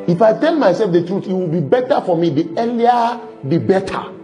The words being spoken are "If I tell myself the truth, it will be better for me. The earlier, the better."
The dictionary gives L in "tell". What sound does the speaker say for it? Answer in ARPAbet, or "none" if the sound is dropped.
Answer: N